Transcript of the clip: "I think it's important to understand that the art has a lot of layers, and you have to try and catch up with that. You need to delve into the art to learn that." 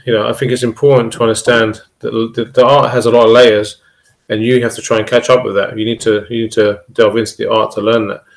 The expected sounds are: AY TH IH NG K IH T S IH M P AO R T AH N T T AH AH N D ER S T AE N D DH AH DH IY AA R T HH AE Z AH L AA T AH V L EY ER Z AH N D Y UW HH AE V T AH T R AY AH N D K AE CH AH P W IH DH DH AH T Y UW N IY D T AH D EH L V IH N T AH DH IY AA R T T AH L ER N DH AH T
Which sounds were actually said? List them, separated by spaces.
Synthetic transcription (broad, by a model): AY TH IH NG K IH T S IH M P AO R T N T T AH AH N D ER S T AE N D DH AH DH IY AA R T HH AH Z AH L AA T AH V L EY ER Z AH N Y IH HH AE F T AH T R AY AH N K AE CH AH P W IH DH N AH T Y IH N IY D T AH D EH L V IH N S DH IY AA R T T AH L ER N DH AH T